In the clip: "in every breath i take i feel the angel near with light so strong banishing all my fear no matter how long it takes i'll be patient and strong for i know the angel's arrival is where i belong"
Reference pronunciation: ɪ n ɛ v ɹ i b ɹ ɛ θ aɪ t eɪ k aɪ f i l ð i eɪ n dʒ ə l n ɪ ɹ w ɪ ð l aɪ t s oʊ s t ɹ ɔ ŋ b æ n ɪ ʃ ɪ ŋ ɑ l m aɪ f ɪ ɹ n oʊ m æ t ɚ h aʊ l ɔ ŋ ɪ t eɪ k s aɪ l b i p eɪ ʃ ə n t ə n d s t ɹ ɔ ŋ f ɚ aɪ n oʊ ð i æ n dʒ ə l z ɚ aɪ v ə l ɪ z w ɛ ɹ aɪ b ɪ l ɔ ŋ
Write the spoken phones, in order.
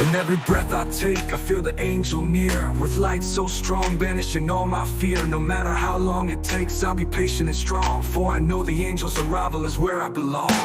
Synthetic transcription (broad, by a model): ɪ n ɛ v ɹ i b ɹ ɛ θ aɪ t eɪ k aɪ f i l ð i eɪ n dʒ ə l n ɪ ɹ w ɪ ð l aɪ t s oʊ s t ɹ ɔ ŋ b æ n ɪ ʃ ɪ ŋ ɑ l m aɪ f ɪ ɹ n oʊ m æ t ɚ h aʊ l ɔ ŋ ɪ t eɪ k s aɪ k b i p eɪ ʃ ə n ə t s t ɹ ɔ ŋ f ɚ aɪ n oʊ ð i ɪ n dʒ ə l z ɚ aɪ v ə l ɪ z w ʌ ɹ aɪ b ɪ l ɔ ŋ